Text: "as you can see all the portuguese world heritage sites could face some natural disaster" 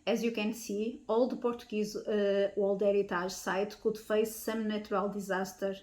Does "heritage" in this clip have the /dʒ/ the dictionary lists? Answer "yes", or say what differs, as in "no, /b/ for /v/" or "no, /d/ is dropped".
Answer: no, /ʒ/ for /dʒ/